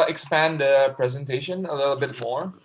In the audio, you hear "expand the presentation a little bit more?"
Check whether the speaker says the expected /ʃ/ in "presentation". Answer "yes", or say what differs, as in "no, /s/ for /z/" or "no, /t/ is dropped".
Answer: yes